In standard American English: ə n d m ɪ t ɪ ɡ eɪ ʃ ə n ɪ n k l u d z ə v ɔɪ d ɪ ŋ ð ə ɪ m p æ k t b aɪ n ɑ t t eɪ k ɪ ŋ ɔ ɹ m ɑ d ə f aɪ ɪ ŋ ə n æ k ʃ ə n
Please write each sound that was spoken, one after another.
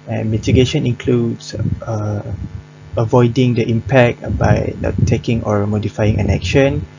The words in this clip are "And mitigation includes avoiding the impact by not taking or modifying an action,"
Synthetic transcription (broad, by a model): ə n m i t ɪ ɡ eɪ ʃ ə n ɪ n k l u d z ə v ɔɪ d ɪ ŋ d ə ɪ m p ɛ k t b aɪ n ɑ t t eɪ k ɪ ŋ ɔ ɹ m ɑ d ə f aɪ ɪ ŋ ə n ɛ k ʃ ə n